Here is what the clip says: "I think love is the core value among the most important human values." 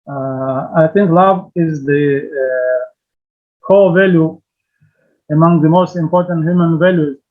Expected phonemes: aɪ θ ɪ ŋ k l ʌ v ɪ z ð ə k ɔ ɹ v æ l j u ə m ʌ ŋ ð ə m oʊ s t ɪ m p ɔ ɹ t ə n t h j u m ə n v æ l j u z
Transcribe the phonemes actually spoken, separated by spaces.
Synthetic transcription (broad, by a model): aɪ θ ɪ ŋ k l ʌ v ɪ z ð ə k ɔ l v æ l j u ə m ʌ ŋ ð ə m oʊ s t ɪ m p ɔ ɹ t ə n t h j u m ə n v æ l j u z